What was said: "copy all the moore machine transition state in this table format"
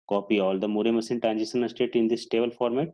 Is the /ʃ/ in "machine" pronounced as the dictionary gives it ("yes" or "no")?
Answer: no